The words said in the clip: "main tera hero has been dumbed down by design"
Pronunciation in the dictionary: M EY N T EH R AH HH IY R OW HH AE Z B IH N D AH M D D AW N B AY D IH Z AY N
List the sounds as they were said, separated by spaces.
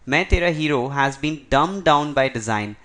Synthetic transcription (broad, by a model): M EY T EH R AH HH IY R OW HH AE Z B IH N D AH M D D AW N B AY D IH Z AY N